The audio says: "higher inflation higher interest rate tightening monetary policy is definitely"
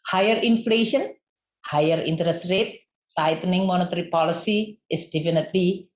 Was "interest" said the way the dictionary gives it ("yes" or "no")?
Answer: yes